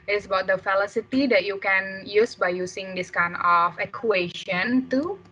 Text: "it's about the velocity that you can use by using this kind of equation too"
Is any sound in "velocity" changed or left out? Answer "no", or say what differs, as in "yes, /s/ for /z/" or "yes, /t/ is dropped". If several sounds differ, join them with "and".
yes, /f/ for /v/